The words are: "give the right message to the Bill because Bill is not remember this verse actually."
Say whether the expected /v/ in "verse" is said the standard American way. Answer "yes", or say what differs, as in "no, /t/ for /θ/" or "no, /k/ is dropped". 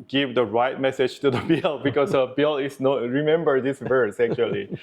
yes